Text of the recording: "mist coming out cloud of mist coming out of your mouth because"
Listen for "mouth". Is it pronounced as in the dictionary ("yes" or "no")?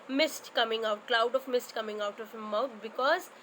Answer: no